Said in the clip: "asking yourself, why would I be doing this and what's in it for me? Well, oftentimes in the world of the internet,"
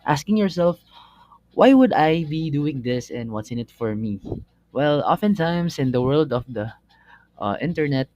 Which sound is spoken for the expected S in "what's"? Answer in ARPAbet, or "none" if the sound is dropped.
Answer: S